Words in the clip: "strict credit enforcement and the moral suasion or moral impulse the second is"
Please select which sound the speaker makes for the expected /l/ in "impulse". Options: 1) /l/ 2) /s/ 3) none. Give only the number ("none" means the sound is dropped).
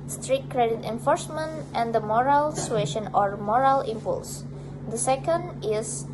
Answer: 1